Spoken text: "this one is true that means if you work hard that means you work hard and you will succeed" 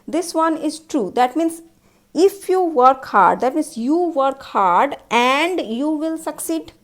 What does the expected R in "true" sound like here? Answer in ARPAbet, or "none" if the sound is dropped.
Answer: R